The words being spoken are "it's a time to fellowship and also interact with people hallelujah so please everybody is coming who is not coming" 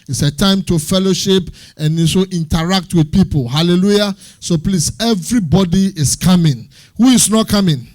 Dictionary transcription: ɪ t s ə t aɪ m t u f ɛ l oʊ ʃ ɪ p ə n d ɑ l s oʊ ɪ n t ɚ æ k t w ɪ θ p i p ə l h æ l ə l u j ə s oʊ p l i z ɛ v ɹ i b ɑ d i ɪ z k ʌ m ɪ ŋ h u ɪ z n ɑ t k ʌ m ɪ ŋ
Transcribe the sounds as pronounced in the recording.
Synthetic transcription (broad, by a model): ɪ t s ə t aɪ m t u f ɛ l oʊ ʃ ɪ p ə n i s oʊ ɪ n t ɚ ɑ k t w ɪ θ p i p ə l h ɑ l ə l u j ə s oʊ p l i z ɛ v ɹ i b ɑ d i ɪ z k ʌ m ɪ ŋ h u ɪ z n ɑ t k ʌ m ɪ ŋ